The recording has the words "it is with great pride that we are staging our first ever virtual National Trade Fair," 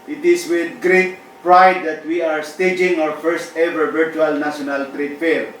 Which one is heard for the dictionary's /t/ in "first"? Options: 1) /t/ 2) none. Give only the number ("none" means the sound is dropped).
1